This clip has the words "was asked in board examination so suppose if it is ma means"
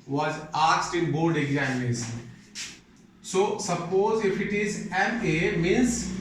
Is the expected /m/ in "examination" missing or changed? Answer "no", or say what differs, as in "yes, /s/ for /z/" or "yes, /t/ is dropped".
yes, /m/ is dropped